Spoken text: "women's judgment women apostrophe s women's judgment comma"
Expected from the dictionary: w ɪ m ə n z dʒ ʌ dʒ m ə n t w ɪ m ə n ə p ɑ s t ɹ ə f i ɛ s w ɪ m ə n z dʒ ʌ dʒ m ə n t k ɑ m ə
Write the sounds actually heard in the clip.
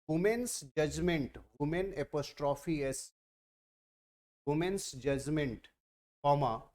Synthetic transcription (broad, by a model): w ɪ m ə n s dʒ ʌ dʒ m ə n t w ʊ m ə n ə p ɑ s t ɹ ə f i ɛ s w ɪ m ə n s dʒ ʌ dʒ m ə n t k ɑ m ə